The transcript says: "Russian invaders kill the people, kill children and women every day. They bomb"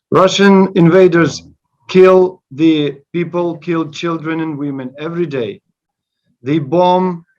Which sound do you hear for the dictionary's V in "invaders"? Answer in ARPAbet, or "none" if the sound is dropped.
V